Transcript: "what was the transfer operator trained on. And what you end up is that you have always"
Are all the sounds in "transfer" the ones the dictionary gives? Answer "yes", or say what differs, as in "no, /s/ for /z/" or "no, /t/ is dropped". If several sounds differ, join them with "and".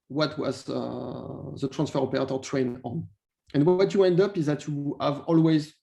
yes